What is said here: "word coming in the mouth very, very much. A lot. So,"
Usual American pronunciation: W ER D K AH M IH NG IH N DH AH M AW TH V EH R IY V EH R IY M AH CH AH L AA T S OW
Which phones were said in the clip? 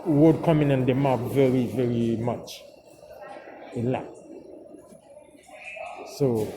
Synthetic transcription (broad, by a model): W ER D K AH M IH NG IH N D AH M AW F V EH R IY V EH R IY M AH CH AH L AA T S OW